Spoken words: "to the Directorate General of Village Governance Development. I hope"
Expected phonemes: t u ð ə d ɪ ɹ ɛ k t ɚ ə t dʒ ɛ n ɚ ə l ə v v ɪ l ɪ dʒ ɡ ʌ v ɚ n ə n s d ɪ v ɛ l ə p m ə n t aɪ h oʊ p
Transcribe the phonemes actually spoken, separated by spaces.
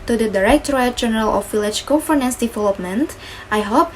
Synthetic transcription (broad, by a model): t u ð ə d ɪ ɹ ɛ k t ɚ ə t dʒ ɛ n ɚ ə l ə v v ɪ l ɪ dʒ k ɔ f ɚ n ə n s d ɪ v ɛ l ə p m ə n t aɪ h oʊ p